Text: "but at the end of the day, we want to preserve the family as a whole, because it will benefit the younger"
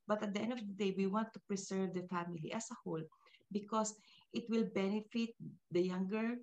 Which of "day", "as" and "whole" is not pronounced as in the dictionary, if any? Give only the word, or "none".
as